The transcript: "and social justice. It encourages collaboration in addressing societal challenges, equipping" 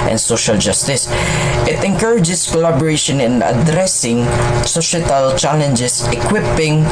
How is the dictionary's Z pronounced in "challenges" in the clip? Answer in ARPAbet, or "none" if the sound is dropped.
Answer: S